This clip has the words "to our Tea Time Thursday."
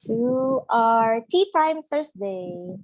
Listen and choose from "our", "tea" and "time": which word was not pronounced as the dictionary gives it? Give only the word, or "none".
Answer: none